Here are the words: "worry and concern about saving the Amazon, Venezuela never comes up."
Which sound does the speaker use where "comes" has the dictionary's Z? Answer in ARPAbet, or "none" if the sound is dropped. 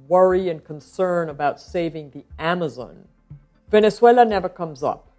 Z